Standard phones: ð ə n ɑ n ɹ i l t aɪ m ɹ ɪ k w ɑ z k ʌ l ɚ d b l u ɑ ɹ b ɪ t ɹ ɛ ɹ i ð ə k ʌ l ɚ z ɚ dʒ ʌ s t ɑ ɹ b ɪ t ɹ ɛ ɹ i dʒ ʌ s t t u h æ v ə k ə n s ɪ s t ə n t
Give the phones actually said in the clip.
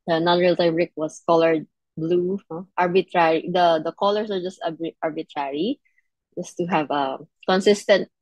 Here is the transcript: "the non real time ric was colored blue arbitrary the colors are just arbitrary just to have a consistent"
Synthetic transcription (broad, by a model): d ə n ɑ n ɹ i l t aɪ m ɹ ɪ k w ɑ s k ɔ l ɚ d b l u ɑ ɹ b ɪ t ɹ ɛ ɹ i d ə k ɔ l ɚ s ɚ dʒ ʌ s t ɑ ɹ b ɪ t ɹ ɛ ɹ i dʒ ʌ s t t u h æ v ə k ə n s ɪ s t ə n t